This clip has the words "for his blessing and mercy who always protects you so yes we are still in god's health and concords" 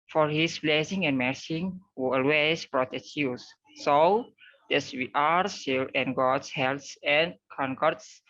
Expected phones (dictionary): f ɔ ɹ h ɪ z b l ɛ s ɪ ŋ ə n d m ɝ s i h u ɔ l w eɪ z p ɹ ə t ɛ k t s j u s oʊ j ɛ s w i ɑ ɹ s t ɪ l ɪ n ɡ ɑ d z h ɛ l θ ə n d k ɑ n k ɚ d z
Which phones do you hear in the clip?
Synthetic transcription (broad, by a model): f ɔ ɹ h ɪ s b l ɛ s ɪ ŋ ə n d m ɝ s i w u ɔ l w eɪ s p ɹ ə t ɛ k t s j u s oʊ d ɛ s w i ɑ ɹ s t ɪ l ɪ n ɡ ɑ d s h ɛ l s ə n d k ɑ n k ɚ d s